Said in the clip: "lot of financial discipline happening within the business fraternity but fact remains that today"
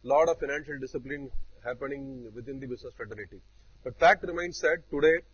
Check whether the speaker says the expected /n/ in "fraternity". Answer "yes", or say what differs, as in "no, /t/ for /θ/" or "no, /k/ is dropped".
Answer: no, /l/ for /n/